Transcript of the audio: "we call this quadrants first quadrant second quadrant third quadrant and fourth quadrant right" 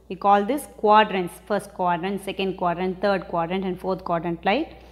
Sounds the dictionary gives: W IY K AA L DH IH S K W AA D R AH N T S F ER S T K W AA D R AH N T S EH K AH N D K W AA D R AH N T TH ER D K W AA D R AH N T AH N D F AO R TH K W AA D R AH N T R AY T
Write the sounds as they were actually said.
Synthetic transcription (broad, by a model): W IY K AA L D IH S K W AA D R AH N T S F ER S T K W AA D R AH N T S EH K AH N D K W AA D R AH N T T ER D K W AA D R AH N T AH N D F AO R T K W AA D R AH N T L AY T